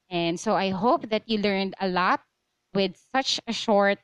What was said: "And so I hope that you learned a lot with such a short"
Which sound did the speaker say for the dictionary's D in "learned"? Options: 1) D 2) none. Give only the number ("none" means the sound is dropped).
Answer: 1